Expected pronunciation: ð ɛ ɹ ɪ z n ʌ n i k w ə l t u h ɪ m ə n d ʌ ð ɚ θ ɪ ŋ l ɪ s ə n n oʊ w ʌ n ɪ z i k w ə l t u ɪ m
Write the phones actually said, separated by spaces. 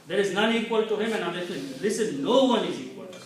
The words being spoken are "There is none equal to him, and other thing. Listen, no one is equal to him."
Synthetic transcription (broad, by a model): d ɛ ɹ ɪ z n ʌ n i k w ə l t u h ɪ m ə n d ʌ ɚ t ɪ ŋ l ɪ s ə n n oʊ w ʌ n ɪ z i k w ə l t u